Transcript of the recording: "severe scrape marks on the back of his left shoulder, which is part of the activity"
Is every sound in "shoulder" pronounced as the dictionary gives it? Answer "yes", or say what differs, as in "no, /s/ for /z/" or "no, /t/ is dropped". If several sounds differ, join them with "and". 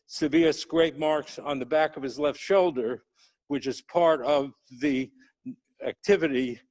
yes